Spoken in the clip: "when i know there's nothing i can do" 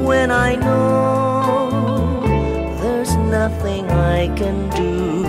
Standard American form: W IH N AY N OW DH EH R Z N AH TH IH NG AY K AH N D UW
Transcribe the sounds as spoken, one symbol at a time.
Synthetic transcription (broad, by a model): W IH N AY N OW DH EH R Z N AH TH IH NG AY K AH N D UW